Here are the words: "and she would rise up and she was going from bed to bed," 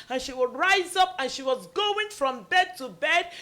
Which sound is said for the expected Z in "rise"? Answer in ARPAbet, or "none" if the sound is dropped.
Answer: Z